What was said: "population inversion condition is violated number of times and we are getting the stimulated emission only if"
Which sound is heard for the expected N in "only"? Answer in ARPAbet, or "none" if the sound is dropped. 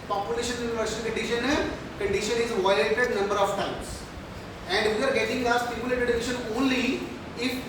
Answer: N